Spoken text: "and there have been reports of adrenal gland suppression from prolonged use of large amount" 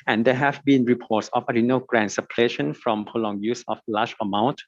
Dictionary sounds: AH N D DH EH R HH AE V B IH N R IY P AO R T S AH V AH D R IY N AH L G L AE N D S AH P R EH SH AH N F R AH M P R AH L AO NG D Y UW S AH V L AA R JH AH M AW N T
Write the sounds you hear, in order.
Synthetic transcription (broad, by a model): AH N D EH HH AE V B IH N R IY P AO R T S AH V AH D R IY N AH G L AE N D S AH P L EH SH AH N F R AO M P AH L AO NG Y UW S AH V L AA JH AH M AW N T